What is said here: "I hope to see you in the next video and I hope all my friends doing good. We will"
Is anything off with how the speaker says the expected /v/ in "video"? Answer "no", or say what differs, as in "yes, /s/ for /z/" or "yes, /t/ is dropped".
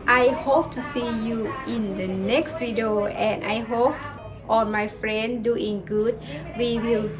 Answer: yes, /w/ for /v/